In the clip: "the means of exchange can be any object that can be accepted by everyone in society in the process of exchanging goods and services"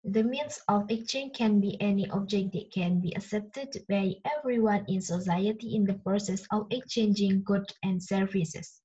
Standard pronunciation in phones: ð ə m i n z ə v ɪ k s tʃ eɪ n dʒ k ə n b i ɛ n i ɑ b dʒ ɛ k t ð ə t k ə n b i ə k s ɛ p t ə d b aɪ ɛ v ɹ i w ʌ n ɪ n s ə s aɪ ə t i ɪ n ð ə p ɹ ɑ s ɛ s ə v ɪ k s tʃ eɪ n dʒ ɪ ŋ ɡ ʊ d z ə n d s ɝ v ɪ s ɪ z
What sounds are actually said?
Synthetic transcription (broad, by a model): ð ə m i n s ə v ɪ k s tʃ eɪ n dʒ k ə n b i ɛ n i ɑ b dʒ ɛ k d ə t k ə n b i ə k s ɛ p t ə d b aɪ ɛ v ɹ i w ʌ n ɪ n s ə s aɪ ə t i ɪ n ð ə p ɹ ɑ s ɛ s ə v ɪ k s tʃ eɪ n dʒ ɪ ŋ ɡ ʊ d ə n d s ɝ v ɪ s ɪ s